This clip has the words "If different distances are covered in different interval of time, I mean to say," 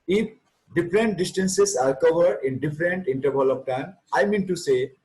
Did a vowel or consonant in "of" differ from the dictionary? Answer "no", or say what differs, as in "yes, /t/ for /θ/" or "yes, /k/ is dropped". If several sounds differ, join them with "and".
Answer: yes, /p/ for /v/